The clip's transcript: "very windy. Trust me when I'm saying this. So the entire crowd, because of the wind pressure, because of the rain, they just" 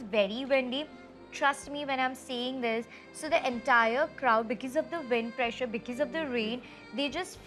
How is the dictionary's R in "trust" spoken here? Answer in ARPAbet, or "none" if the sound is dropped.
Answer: R